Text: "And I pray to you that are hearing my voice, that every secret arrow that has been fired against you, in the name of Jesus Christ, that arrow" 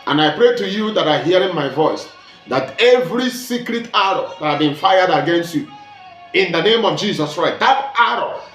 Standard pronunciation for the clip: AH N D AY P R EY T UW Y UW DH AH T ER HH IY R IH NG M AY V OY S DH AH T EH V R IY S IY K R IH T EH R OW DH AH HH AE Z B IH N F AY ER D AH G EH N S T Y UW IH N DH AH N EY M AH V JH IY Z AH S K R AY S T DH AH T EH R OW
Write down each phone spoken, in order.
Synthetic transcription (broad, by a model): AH N AY P R EY T UW Y UW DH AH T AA HH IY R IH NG M AY V OY S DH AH T EH V R IY S IY K R IH T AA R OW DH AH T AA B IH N F AY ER D AH G EH N S T Y UW IH N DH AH N EY M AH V JH IY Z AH S K R AY S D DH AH T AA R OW